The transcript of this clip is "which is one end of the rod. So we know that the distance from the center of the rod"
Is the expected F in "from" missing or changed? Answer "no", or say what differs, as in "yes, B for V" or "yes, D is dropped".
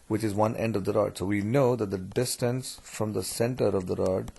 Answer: no